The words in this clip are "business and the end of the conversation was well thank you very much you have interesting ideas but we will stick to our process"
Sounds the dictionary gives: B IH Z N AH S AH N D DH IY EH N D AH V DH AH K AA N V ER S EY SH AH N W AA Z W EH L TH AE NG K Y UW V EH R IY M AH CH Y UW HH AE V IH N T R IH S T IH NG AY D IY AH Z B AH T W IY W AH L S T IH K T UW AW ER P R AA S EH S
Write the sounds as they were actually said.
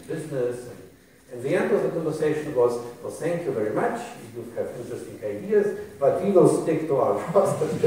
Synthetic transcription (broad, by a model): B IH Z N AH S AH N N DH IY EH N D AH V DH AH K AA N V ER S EY SH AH N W AA Z W EH L TH AE NG K Y UW V EH R IY M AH CH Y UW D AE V IH N T R IH S T IH NG AY D IY AH Z B AH T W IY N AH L S T IH K T UW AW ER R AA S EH